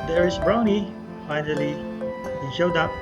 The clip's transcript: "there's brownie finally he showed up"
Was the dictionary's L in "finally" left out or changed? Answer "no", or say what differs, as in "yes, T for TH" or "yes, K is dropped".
no